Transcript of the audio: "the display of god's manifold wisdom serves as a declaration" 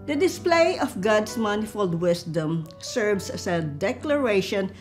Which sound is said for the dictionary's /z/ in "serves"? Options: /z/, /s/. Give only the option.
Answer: /s/